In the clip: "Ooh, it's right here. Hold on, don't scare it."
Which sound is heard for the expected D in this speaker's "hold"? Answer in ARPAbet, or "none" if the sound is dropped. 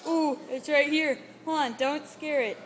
none